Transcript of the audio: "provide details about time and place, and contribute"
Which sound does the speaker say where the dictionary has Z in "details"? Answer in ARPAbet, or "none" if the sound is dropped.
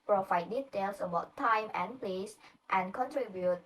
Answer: S